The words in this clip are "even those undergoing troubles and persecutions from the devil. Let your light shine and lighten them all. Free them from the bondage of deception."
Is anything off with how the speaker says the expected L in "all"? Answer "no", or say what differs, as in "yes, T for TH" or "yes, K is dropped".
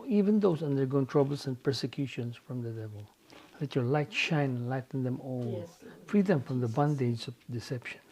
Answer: yes, N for L